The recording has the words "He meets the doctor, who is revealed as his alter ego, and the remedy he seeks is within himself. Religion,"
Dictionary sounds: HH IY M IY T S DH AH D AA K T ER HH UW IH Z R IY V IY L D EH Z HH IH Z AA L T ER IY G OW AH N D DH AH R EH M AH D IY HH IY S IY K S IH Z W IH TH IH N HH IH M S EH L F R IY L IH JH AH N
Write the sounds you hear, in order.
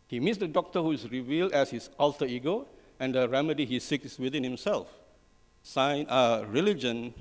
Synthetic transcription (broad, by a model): HH IY M IY T S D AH D AA K T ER HH UW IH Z R IY V IY L D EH S HH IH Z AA L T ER IY G OW AH N D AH R EH M AH D IY HH IY S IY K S W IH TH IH N HH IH M S EH L F R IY L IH JH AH N